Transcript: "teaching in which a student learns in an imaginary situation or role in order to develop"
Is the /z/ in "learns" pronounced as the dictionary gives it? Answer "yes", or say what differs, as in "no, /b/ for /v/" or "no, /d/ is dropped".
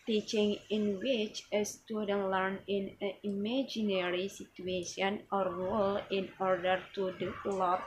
no, /z/ is dropped